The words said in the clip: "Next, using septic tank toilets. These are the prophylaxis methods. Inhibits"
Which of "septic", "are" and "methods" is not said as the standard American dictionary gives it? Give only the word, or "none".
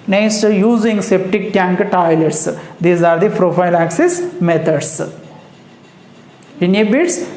methods